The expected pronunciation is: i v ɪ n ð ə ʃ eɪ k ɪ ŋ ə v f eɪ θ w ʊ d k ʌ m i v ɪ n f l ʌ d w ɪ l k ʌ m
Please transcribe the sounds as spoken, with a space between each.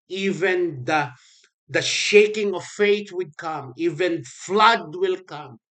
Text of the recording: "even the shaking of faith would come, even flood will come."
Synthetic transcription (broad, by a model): i v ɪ n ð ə ʃ eɪ k ɪ ŋ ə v f eɪ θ w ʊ d k ʌ m i v ɪ n f l ʌ d w ɪ l k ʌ m